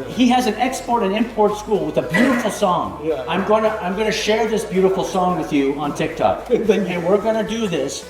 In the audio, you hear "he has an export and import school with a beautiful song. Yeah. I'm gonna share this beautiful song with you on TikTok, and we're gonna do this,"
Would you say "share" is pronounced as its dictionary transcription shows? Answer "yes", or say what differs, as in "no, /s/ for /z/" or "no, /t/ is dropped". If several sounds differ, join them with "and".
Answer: yes